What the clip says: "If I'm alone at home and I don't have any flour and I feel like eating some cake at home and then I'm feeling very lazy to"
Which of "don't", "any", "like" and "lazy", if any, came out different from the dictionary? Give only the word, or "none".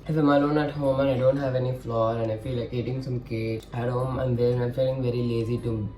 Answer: none